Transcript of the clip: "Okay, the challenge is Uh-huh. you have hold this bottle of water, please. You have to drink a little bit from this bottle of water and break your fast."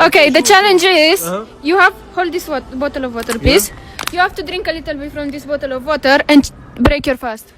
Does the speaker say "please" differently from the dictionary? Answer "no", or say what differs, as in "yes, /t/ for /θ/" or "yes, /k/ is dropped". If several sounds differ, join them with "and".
yes, /l/ is dropped and /s/ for /z/